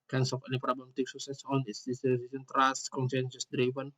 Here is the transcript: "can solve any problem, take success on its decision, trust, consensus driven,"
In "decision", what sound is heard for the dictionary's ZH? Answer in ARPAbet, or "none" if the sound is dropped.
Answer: S